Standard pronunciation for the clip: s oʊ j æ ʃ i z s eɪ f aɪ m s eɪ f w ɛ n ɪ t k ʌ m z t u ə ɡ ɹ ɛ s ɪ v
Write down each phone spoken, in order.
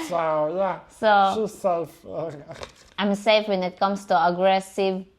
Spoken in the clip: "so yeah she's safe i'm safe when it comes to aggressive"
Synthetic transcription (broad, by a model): s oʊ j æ s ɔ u s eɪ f aɪ m s eɪ f w ɛ n ɪ t k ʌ m s t u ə ɡ ɹ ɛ s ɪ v